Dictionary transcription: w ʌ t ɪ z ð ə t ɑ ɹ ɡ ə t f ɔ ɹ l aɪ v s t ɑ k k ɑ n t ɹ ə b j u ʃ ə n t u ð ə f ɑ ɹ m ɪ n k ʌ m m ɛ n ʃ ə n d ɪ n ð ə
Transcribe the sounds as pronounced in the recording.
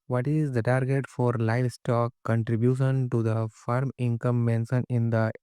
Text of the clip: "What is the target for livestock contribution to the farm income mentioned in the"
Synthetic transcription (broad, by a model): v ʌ t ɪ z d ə t ɑ ɹ ɡ ə t f ɔ ɹ l aɪ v s t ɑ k k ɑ n t ɹ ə b j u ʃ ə n t u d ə f ɑ ɹ m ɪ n k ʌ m m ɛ n s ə n ɪ n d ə